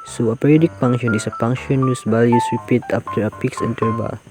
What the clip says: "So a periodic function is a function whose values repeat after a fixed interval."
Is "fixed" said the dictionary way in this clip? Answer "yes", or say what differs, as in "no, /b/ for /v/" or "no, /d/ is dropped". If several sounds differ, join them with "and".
no, /p/ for /f/ and /t/ is dropped